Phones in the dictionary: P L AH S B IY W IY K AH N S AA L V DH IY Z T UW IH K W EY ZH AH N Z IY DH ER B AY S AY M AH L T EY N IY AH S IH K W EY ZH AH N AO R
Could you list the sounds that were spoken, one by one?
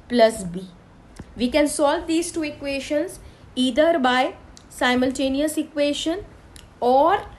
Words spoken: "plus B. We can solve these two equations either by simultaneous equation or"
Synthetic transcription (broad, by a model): P L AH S B IY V IY K AH N S AA L V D IY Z T UW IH K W EY SH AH N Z IY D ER B AY S AY M AH L T EY N IY AH S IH K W EY SH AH N AO R